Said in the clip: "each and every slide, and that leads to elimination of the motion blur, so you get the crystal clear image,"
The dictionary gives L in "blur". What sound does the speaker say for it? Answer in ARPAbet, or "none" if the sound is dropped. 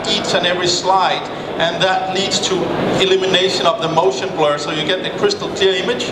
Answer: L